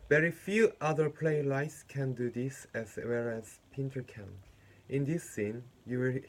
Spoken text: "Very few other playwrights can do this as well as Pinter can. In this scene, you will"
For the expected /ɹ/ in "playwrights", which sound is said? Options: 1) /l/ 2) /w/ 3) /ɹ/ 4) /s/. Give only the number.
1